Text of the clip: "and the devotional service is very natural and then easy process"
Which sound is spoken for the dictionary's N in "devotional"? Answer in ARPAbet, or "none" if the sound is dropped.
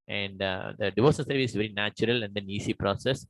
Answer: none